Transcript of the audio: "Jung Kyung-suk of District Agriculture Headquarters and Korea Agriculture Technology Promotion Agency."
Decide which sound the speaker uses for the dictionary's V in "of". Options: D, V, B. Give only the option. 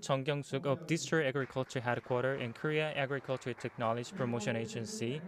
B